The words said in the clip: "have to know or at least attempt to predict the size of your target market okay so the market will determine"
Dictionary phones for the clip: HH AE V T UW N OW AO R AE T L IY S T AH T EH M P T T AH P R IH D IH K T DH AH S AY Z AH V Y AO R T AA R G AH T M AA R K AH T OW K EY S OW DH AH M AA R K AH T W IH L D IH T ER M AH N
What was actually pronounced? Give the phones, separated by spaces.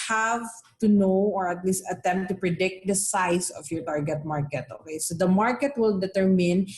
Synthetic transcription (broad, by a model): HH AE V T UW N OW AO R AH T L IY S T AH T EH M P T T AH P R IH D IH K T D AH S AY S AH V Y AO R T AA R G AH T M AA R K AH T OW K EY S OW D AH M AA R K AH T W IH L D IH T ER M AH N